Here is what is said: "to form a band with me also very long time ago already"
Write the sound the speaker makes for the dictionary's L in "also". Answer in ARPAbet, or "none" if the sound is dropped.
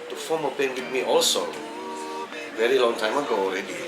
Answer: L